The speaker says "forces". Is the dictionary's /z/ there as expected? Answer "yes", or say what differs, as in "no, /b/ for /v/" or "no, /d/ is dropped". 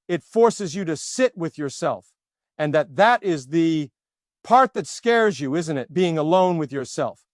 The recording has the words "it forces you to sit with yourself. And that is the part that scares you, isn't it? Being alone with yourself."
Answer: yes